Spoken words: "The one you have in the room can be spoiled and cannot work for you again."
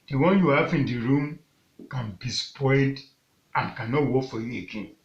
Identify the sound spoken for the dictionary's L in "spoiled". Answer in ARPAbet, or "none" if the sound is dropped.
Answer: none